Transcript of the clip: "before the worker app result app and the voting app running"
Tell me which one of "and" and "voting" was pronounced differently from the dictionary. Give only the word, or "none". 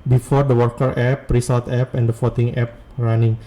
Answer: voting